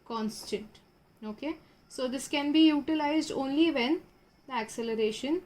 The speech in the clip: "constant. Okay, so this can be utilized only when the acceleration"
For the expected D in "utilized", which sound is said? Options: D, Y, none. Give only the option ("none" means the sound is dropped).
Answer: D